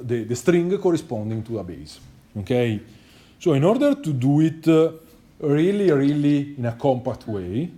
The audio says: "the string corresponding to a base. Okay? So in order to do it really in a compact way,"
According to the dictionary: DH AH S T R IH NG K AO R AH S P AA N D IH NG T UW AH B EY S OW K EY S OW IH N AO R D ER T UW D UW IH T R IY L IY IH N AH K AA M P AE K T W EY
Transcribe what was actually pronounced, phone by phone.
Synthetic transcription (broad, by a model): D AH S T R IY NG K AO R AH S P AA N D IH NG T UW AH B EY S OW K EY S OW IH N AO R D ER T UW D UW IH T R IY L IY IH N AH K AA M P AE K T W EY